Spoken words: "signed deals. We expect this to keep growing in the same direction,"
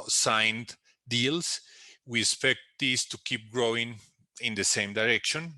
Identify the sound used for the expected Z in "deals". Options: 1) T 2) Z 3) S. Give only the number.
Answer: 3